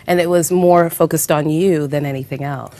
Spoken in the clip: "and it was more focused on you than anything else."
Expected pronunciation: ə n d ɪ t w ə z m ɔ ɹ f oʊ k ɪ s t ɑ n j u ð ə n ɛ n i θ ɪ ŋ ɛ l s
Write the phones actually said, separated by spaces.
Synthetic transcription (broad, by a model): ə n ɪ t w ə z m ɔ ɹ f oʊ k ɪ s t n j u ð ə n ɛ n i θ ɪ ŋ ɛ l s